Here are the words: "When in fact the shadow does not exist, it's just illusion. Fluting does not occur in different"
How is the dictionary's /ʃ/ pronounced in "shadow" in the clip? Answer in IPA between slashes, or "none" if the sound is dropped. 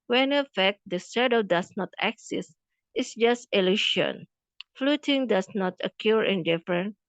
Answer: /s/